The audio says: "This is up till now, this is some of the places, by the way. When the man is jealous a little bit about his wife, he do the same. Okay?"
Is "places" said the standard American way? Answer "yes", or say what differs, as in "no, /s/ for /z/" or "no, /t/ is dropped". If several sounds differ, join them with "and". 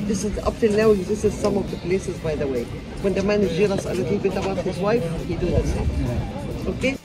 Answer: yes